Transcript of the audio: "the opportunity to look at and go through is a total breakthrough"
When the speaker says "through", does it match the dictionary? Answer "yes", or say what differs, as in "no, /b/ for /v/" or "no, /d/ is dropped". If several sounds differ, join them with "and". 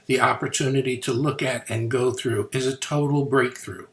yes